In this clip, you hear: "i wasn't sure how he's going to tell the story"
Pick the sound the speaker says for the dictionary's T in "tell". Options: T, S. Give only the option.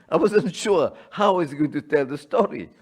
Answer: T